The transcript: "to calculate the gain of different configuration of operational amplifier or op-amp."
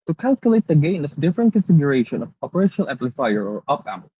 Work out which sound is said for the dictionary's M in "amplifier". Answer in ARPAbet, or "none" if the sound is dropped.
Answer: none